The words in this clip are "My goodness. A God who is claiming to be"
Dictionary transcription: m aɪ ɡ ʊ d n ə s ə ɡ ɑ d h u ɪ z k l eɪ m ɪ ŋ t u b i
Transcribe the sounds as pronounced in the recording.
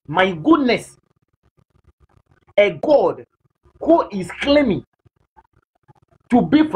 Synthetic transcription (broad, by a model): m aɪ ɡ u d n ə s ə ɡ ɑ d h u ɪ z k l eɪ m ɪ ŋ t u b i